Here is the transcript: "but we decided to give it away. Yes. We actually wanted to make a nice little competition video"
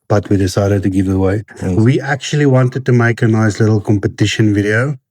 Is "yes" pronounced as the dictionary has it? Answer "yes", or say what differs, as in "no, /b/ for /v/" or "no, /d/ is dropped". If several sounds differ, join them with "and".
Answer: no, /s/ is dropped